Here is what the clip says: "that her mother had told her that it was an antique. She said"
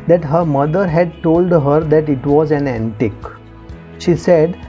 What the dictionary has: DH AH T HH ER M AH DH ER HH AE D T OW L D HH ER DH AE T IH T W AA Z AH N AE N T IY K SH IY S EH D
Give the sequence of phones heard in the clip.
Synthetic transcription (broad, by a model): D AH T HH ER M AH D ER HH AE D T OW L D HH ER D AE T IH T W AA Z AH N AE N T IY K SH IY S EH D